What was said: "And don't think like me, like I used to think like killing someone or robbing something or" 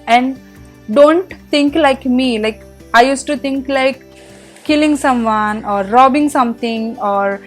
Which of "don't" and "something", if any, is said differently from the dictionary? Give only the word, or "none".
something